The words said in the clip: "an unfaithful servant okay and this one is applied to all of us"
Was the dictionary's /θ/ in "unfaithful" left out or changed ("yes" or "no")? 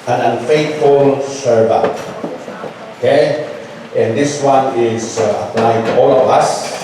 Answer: yes